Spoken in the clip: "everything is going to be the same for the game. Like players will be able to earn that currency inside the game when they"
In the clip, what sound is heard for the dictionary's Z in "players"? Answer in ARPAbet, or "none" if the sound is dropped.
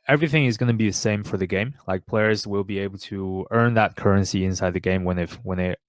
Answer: Z